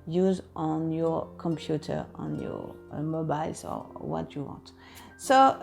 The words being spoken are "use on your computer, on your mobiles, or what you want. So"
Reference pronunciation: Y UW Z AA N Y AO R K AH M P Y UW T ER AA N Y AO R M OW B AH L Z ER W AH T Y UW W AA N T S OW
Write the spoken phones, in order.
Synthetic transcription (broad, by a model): Y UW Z AA N Y AO R K AH M P Y UW T ER AA N Y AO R M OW B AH L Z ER W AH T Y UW W AA N T S OW